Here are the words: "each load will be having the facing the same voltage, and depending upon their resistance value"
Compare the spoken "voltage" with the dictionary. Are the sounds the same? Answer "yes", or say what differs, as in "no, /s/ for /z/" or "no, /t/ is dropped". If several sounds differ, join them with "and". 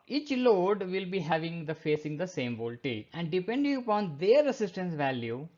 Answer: no, /dʒ/ is dropped